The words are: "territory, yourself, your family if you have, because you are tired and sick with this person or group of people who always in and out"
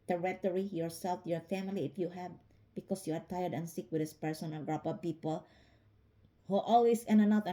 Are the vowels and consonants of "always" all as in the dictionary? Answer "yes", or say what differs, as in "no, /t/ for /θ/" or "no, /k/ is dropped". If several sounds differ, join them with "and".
no, /s/ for /z/